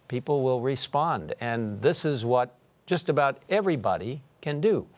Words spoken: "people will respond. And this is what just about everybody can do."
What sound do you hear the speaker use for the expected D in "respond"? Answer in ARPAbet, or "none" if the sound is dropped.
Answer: D